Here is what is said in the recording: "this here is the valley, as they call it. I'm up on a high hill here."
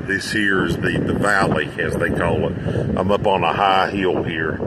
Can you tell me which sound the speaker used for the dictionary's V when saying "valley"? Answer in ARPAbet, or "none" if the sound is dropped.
V